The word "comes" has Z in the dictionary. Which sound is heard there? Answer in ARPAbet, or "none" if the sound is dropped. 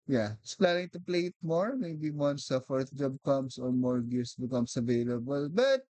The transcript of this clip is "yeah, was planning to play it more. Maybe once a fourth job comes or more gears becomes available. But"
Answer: S